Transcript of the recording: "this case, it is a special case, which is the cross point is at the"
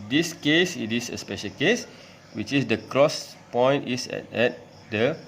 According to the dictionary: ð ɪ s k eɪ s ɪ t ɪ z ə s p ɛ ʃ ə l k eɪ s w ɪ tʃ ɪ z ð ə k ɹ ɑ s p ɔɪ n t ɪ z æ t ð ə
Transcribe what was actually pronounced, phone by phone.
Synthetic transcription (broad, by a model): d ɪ s k eɪ s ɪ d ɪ s ə s p ɛ ʃ ə l k eɪ s w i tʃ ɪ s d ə k ɹ ɑ s p ɔɪ n t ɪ s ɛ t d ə